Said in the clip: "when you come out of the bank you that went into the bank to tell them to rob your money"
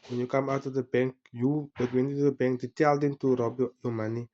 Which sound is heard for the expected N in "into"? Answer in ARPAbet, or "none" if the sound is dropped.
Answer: none